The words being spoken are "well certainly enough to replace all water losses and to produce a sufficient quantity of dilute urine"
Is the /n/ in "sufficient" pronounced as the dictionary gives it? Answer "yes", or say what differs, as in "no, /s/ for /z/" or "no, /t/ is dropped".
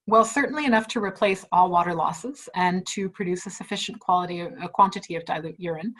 no, /l/ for /n/